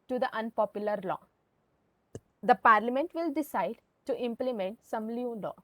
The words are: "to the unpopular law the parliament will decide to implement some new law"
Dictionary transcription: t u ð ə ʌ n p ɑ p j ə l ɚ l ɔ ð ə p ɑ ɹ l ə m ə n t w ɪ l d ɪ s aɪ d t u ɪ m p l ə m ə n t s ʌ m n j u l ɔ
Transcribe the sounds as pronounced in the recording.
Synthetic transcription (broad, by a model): t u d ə ʌ n p ɑ p j ə l ɚ l ɔ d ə p ɑ ɹ l ə m ə n t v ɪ l d ɪ s aɪ d t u ɪ m p l ə m ə n t s ʌ m l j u l ɔ